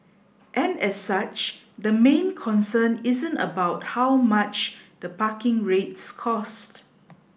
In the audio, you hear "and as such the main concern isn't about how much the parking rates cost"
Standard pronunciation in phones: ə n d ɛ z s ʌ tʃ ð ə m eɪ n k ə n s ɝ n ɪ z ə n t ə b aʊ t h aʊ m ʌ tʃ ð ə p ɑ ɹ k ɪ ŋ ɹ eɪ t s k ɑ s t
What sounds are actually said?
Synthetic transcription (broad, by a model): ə n ɛ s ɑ tʃ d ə m eɪ n k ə n s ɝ n ɪ z ə n t ə b aʊ t h aʊ m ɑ tʃ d ə p ɑ k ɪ ŋ ɹ eɪ t s k ɑ s t